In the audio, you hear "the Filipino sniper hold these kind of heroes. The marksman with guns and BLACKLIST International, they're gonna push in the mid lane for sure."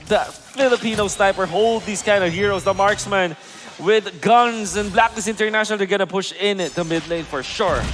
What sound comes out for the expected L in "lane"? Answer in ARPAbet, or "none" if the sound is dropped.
L